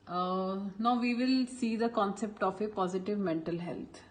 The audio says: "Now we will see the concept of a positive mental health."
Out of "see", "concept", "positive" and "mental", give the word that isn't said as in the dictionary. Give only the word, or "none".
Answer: none